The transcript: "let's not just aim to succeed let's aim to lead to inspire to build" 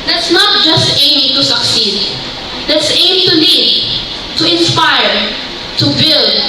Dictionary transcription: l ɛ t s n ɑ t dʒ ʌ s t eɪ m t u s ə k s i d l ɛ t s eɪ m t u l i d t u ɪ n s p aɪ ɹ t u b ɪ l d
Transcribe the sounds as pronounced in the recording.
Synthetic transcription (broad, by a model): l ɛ t s n ɑ t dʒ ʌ s t eɪ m t u s ə k s i d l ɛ t s eɪ m t u n i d t u ɪ n s p aɪ ɹ t u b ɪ l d